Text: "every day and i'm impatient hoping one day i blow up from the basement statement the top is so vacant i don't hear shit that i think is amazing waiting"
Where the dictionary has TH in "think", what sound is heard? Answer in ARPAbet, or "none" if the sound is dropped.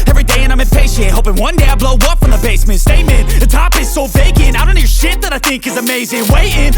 TH